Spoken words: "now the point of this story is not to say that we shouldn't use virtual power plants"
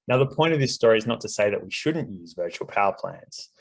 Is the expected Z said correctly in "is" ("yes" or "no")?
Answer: yes